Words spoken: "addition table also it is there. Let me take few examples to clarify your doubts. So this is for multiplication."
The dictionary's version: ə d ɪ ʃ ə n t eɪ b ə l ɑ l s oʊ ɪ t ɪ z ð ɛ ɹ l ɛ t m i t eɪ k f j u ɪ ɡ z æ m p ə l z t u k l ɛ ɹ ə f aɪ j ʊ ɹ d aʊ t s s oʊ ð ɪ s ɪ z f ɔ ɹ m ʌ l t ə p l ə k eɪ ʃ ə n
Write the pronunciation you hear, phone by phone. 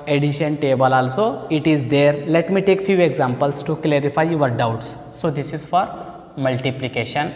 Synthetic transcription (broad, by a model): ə d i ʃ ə n t eɪ b ə l ɑ l s oʊ ɪ t ɪ z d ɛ ɹ l ɛ t m i t eɪ k f j u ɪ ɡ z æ m p ə l s t u k l ɛ ɹ ə f aɪ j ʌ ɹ d aʊ t s s oʊ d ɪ s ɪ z f ɔ ɹ m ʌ l t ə p l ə k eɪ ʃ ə n